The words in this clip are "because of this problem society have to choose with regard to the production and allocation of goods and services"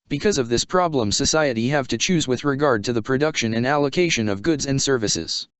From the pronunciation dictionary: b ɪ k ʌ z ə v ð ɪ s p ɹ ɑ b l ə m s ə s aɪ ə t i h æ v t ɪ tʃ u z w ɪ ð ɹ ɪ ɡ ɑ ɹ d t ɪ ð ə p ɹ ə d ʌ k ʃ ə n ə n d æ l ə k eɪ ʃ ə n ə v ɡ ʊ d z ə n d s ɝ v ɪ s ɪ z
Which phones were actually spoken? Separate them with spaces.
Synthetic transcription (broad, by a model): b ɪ k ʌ z ə v ð ɪ s p ɹ ɑ b l ə m s ə s aɪ ə t i h æ v t ɪ tʃ u z w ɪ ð ɹ ɪ ɡ ɑ ɹ d t ɪ ð ə p ɹ ə d ʌ k ʃ ə n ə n æ l ə k eɪ ʃ ə n ə v ɡ ʊ d z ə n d s ɝ v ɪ s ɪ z